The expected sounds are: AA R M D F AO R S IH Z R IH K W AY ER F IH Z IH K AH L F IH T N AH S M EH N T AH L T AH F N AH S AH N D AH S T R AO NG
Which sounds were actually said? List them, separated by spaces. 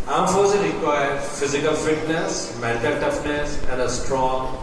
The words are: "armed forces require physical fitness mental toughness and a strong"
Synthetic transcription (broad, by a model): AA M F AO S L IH R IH K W AY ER F IH Z IH K AH L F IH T N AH S M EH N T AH L T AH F N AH S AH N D AH S T R AO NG